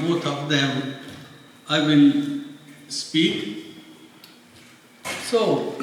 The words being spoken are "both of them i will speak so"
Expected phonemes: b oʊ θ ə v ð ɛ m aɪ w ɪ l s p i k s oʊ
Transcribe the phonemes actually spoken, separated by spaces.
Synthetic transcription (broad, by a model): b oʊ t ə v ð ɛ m aɪ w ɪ n s p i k s oʊ